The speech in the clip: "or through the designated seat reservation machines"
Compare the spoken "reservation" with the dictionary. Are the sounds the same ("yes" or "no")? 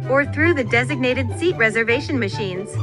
yes